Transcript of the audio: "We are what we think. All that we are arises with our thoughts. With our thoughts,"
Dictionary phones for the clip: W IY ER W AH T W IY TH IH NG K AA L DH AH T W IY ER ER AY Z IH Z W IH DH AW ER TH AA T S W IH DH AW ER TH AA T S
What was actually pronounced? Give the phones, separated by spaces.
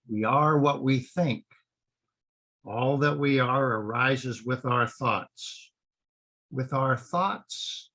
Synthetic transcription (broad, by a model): W IY ER W AH T W IY TH IH NG K AA L DH AH T W IY ER ER AY Z IH Z W IH DH AW ER TH AA T S W IH DH AW ER TH AA T S